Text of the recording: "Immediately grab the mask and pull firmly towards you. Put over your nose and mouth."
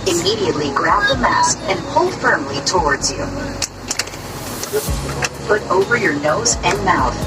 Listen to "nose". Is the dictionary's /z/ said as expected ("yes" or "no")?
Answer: yes